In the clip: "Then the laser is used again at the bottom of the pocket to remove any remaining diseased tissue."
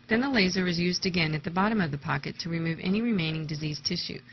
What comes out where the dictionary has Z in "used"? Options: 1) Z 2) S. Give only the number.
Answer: 1